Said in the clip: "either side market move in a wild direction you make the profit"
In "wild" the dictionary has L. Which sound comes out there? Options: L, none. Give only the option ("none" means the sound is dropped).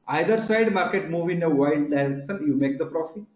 none